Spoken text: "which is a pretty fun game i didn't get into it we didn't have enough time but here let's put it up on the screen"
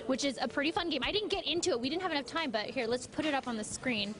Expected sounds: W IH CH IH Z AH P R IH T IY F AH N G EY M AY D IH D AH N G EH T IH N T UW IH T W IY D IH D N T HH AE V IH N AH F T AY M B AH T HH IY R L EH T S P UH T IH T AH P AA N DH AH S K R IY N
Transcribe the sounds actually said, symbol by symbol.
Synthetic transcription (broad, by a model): W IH CH IH Z AH P R IH T IY F AH N G EY M AY D IH D N G EH T IH N T UW IH T W IY D IH D N T HH AE V IH N AH F T AY M B AH T HH IY R L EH T S P UH T IH T AH P N DH AH S K R IY N